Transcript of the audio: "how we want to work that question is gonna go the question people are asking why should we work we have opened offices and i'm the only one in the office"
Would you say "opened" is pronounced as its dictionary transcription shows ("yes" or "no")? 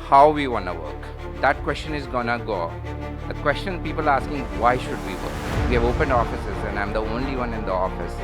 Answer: yes